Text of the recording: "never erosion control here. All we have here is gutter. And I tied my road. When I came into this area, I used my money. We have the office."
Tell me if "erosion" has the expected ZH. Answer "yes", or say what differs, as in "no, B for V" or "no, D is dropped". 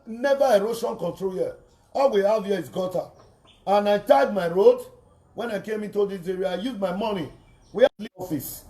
no, SH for ZH